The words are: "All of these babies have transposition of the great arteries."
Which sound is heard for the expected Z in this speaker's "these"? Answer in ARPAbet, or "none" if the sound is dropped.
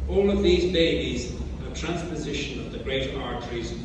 Z